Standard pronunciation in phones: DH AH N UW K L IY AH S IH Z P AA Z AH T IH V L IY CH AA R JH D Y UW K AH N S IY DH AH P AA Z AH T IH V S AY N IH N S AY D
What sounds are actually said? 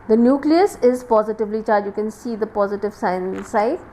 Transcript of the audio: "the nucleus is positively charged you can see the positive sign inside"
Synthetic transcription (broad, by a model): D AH N UW K L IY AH S IH Z P AA Z AH T IH V L IY CH AA R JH Y UW K AH N S IY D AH P AA Z AH T IH V S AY IH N S AY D